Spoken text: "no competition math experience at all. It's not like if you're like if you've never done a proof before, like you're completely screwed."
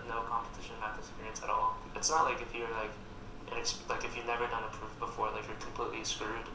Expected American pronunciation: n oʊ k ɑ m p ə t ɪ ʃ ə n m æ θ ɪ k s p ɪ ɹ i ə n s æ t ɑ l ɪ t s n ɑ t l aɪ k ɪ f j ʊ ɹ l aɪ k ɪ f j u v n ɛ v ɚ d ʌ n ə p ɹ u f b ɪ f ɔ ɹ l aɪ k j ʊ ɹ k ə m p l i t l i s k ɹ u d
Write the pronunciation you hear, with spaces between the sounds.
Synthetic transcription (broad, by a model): n oʊ k ɑ m p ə t ɪ ʃ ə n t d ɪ s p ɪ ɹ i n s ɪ t ɑ l ɪ t s n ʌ t l aɪ k ɪ f j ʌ ɹ l aɪ k ɪ f j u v n ɛ v ɚ d ʌ n ə p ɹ u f b ɪ f ɔ ɹ l aɪ k j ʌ ɹ k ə m p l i t l i s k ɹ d